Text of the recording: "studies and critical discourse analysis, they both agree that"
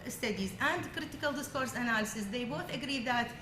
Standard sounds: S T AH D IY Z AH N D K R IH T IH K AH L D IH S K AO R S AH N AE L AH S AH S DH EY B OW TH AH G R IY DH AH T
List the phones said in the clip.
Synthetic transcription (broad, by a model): S T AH D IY Z AH N D K R IH T IH K AH L D IH S K AO R S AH N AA L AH S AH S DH EY B OW TH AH G R IY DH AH T